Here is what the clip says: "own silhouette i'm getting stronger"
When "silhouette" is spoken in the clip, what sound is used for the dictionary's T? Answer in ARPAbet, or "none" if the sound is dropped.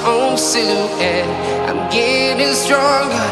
none